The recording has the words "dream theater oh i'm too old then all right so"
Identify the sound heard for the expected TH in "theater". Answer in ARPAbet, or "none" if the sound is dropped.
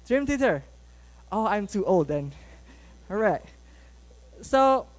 T